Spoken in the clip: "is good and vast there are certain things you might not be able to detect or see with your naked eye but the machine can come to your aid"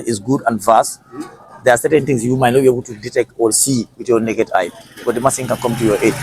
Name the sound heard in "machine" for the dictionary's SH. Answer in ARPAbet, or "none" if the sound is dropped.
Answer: S